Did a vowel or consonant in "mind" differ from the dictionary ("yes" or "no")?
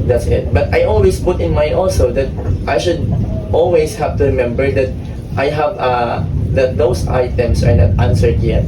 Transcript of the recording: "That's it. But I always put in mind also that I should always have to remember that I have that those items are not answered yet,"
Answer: yes